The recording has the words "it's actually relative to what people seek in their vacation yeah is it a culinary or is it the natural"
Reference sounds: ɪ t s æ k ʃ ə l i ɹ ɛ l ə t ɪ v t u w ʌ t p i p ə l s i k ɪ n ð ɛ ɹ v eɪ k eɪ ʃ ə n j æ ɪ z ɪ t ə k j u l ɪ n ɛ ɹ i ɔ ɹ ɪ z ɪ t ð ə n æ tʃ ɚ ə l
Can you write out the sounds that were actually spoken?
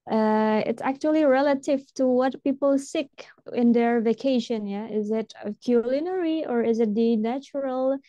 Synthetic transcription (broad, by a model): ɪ t s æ k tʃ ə l i ɹ ɛ l ə t ɪ v t u w ʌ t p i p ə l s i k ɪ n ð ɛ ɹ v eɪ k eɪ ʃ ə n j æ ɪ z ɪ t ə k j u l ɪ n ɛ ɹ i ɔ ɹ ɪ z ɪ t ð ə n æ tʃ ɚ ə l